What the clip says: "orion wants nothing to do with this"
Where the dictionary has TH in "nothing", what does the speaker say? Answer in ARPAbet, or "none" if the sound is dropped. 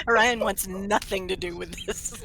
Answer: TH